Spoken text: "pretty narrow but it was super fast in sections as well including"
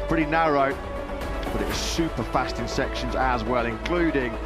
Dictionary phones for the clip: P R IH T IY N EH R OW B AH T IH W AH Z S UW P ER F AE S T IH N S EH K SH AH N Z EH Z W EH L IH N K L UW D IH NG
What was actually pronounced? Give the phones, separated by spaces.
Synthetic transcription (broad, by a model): P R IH T IY N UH R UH B AH T IH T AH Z S UW P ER F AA S T IH N S EH K SH AH N Z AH Z W EH L IH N K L UW D IH NG